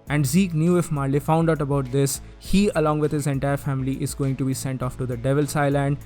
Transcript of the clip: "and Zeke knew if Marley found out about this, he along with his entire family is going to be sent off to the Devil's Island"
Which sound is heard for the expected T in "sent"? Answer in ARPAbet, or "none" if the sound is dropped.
T